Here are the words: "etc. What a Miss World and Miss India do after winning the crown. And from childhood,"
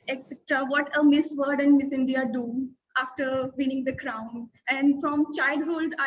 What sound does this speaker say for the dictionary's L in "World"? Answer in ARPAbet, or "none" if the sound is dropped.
none